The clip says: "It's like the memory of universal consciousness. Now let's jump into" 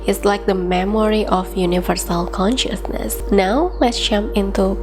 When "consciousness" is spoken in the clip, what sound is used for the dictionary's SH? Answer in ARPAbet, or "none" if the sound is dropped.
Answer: SH